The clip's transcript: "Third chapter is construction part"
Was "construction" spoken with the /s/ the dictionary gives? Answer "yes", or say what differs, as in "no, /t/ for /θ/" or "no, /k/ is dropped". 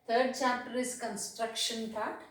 yes